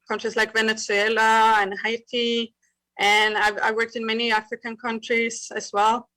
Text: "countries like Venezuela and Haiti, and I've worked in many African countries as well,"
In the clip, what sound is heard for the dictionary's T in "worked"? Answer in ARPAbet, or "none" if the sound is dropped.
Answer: T